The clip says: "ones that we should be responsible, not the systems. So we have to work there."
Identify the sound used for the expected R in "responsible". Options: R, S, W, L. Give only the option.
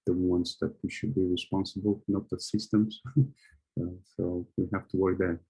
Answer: R